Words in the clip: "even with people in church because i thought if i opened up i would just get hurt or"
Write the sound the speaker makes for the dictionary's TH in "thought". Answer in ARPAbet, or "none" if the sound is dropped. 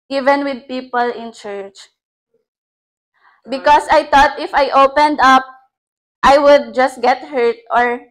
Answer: T